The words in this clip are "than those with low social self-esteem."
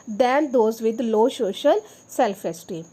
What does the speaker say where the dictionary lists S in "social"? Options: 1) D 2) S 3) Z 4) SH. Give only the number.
4